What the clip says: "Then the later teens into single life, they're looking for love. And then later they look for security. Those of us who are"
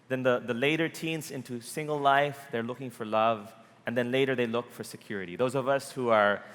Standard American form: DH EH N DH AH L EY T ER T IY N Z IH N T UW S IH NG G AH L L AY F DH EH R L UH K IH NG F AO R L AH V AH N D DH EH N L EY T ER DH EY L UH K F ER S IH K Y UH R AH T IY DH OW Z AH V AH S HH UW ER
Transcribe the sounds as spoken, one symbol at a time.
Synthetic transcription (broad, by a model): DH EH N DH AH L EY T ER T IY N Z IH N T UW S IH NG G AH L L AY F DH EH R L UH K IH NG F AO R L AH V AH N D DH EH N L EY T ER DH EY L UH K F ER S IH K Y UH R AH T IY DH OW Z AH V AH S HH UW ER